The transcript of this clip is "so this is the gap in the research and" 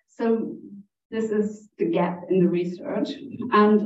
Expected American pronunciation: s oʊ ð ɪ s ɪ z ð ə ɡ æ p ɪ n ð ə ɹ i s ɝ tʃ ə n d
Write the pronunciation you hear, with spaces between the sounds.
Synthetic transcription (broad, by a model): s oʊ ð ɪ s ɪ z ð ə ɡ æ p ɪ n ð ə ɹ i s ɝ tʃ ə n